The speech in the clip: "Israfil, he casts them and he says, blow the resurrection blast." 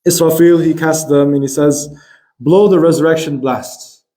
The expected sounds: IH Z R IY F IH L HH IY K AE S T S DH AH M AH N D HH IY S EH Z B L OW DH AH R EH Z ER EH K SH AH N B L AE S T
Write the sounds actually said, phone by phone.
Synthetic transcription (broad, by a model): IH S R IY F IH L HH IY K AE S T DH AH M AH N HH IY S EH Z B L OW DH AH R EH Z ER EH K SH AH N B L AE S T